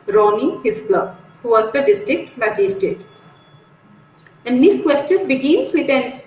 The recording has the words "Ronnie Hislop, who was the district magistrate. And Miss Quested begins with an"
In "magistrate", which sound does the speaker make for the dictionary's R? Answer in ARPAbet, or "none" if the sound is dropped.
none